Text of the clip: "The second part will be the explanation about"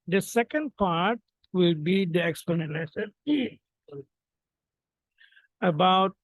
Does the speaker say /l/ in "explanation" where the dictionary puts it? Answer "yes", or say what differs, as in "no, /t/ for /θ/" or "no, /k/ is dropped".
no, /n/ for /l/